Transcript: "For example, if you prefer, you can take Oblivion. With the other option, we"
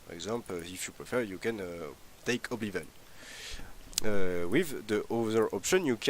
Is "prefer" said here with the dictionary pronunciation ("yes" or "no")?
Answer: yes